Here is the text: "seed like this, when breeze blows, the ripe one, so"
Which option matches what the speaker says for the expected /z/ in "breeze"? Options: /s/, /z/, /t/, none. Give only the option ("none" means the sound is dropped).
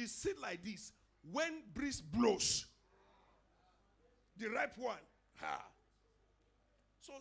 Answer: /s/